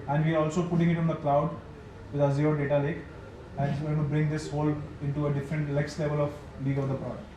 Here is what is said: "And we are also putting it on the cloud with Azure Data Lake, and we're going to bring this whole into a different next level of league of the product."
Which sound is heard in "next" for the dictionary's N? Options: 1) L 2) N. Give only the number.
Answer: 1